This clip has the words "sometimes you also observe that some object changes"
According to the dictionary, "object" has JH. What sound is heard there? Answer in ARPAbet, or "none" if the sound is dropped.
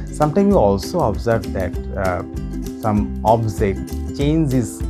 Z